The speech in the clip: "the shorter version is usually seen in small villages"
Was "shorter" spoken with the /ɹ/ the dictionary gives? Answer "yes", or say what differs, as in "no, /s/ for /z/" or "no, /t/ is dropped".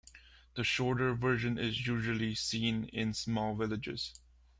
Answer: yes